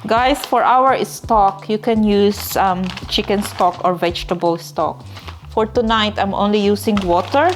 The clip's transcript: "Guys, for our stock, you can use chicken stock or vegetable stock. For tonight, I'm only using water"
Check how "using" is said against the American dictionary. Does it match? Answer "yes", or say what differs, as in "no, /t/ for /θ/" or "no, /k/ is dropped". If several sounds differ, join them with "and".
no, /s/ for /z/